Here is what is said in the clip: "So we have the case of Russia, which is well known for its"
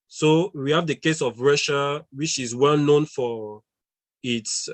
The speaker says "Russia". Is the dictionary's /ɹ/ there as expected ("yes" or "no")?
yes